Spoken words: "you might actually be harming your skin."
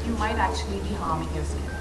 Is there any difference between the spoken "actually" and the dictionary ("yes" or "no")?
no